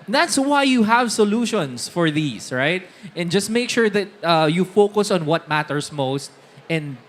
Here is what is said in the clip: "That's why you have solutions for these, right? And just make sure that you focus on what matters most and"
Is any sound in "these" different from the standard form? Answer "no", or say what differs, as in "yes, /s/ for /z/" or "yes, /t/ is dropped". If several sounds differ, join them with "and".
yes, /s/ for /z/